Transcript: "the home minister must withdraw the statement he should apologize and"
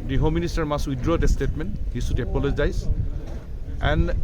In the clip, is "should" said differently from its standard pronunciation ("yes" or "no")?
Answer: yes